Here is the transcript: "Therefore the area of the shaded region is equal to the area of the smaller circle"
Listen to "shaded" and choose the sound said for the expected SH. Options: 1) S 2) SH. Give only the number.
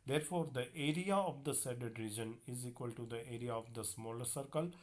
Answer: 1